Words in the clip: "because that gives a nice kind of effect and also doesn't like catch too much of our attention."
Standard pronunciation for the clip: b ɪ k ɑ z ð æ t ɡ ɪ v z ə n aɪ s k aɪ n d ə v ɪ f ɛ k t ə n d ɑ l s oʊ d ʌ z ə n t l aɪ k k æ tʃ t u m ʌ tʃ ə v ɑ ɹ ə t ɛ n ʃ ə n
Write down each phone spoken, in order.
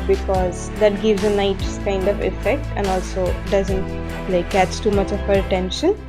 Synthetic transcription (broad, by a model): b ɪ k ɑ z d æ t ɡ ɪ v z ə n aɪ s k aɪ n d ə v ɪ f ɛ k t ə n d ɑ l s oʊ d ʌ z ə n t l aɪ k k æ s t u m ʌ tʃ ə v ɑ ɹ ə t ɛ n ʃ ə n